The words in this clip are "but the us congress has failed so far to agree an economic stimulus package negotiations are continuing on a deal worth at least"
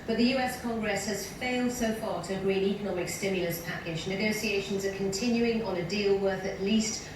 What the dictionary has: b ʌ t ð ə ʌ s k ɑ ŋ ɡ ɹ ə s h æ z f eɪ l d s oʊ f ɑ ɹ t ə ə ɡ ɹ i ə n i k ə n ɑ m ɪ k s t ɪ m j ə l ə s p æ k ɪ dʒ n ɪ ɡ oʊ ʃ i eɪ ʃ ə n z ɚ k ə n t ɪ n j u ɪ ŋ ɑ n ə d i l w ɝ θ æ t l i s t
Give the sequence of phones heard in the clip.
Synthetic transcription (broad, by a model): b ʌ t ð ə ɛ s k ɑ ŋ ɡ ɹ ə s h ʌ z f eɪ l d s oʊ f ɑ ɹ t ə ə ɡ ɹ i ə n i k ə n ɑ m ɪ k s t ɪ m j ə l ə s p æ k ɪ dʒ n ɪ ɡ oʊ s i eɪ ʃ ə n z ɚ k ə n t ɪ n j u ɪ ŋ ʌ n ə d i l w ɝ θ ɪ t l i s t